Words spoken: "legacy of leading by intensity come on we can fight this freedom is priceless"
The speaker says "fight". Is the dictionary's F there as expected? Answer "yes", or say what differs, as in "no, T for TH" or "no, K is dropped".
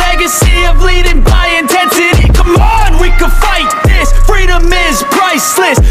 yes